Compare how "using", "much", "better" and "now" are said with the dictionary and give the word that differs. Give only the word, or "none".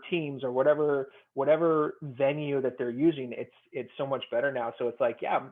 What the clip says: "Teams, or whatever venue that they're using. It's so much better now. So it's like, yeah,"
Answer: none